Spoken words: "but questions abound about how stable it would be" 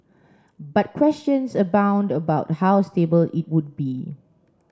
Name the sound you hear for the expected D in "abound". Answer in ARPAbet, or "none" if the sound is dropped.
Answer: D